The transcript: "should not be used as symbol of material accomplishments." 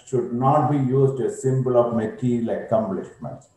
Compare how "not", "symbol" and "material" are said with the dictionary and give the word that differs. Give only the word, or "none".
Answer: material